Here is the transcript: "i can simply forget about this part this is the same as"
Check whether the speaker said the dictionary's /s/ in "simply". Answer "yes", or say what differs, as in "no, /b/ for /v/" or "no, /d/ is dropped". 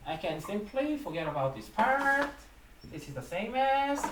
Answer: yes